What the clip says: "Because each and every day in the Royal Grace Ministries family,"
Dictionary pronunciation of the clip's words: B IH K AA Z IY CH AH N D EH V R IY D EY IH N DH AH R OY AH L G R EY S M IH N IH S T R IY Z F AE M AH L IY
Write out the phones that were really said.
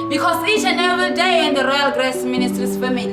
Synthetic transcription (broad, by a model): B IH K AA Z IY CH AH N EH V IY D EY IH N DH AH R OY AH L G R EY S M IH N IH S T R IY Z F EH M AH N